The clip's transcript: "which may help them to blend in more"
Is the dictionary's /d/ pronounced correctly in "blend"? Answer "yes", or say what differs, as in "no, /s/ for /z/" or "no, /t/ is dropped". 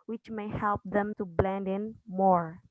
yes